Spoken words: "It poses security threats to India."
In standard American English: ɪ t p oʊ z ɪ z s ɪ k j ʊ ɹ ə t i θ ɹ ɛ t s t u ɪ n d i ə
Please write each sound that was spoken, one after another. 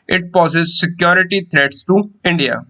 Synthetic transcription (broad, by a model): ɪ t p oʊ s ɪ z s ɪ k j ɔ ɹ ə t i t ɹ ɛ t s t u ɪ n d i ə